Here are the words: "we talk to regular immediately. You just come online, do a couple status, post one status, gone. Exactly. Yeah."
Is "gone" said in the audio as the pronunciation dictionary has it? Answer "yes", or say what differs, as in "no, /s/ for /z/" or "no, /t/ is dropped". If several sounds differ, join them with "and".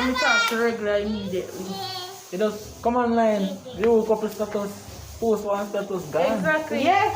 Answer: no, /n/ is dropped